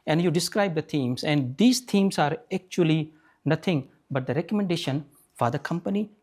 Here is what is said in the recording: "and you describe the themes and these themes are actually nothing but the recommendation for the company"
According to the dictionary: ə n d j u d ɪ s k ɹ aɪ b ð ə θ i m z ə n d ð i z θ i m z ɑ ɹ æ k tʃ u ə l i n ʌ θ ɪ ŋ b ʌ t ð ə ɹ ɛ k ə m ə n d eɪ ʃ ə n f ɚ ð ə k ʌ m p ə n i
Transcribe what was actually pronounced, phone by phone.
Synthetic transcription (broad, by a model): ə n d j u d ɪ s k ɹ aɪ b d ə t i m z ə n d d i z t i m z ɑ ɹ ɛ k tʃ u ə l i n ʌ t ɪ ŋ b ʌ t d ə ɹ ɛ k ə m ə n d eɪ ʃ ə n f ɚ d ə k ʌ m p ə n i